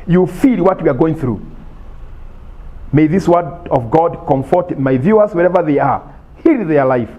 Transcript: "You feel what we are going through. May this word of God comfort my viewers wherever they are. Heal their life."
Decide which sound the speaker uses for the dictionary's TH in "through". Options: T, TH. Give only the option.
TH